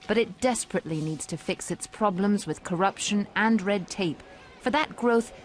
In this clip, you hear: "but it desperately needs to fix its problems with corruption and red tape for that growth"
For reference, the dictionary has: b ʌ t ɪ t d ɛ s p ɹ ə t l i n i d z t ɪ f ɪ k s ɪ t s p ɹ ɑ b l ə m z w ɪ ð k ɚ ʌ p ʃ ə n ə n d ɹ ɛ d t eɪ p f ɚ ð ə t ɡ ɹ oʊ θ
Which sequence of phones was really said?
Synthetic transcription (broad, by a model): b ʌ t ɪ t d ɛ s p ɹ ə t l i n i d z t ɪ f ɪ k s ɪ t s p ɹ ɑ b l ə m z w ɪ ð k ɚ ʌ p ʃ ə n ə n ɹ ɛ d t eɪ p f ɚ ð ə t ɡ ɹ oʊ θ